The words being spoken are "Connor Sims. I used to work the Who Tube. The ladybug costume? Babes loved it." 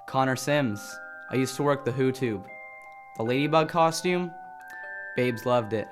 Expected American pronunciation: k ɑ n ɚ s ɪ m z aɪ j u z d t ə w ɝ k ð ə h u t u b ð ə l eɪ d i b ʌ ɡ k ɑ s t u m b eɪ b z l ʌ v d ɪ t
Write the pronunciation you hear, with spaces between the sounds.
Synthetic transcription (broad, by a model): k ɑ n ɚ s ɪ m z aɪ j u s t ə w ɝ k ð ə h u t u b ð ə l eɪ d i b ʌ ɡ k ɑ s t u m b eɪ b z l ʌ v d ɪ t